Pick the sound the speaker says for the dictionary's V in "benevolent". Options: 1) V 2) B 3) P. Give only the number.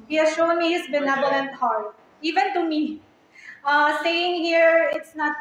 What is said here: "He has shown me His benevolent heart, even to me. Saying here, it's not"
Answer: 2